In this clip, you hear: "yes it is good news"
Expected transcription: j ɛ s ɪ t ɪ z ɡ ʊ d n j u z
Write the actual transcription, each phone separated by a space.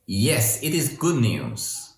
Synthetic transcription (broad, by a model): j ɛ s ɪ t ɪ z ɡ ʊ d n j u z